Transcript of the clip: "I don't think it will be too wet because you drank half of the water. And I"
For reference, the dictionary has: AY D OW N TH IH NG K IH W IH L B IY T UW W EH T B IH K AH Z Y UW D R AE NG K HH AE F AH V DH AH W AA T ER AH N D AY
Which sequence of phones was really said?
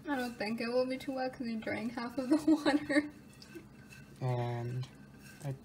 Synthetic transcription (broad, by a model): AY D OW N TH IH NG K IH W IH L B IY T UW W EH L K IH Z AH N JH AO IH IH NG HH AE F AH V DH AH W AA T ER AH N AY